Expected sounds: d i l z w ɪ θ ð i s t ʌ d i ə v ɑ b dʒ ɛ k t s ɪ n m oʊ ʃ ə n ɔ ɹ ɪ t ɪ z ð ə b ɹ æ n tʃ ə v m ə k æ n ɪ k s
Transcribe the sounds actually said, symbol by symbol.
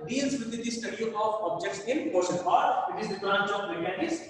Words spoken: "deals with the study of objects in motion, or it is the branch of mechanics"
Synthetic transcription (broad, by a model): d i l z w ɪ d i s t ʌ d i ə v ɑ b dʒ ɛ k t s ɪ n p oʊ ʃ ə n ɔ ɹ ɪ t ɪ z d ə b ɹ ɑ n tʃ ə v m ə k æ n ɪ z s